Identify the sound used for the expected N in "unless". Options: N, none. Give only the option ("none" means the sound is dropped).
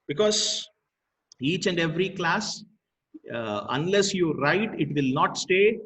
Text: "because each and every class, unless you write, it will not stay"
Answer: N